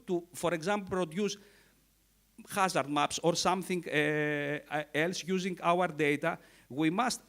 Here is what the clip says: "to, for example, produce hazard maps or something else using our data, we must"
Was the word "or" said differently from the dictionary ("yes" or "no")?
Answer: no